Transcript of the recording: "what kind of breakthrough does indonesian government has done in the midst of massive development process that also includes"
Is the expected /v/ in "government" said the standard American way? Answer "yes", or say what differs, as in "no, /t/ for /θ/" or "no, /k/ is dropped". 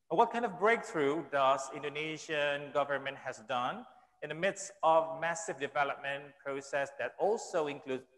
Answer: yes